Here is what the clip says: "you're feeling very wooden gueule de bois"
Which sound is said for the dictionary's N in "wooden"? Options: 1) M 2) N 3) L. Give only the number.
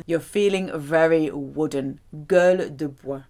2